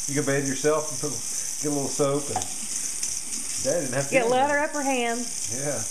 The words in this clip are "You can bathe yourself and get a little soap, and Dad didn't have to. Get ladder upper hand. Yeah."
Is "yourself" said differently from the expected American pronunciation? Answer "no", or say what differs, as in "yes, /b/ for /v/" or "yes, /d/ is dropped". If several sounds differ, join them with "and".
no